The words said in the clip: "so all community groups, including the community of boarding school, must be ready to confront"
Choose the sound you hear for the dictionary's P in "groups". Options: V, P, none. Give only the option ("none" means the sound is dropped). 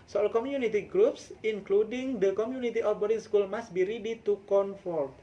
P